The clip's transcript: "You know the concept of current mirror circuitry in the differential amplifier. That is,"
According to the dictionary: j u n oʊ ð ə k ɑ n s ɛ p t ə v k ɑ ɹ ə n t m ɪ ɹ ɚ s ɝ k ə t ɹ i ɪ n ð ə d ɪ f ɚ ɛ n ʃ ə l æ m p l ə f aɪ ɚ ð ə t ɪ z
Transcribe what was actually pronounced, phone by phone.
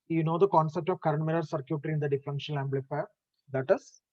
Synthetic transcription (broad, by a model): j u n oʊ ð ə k ɑ n s ɛ p t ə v k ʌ ɹ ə n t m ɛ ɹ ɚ s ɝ k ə t ɹ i ɪ n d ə d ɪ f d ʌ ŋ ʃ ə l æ m b l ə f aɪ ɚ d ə t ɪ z